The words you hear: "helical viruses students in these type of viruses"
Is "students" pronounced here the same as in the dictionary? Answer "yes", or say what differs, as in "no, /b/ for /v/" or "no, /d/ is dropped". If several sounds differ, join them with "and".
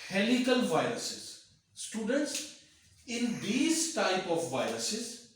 yes